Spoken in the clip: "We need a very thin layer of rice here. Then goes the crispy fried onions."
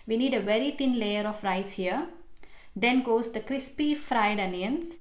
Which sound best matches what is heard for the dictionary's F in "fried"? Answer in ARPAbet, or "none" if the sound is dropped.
F